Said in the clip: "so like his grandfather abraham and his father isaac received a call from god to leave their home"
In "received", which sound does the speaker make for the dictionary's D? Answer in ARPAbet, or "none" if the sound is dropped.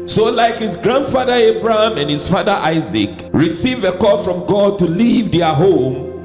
none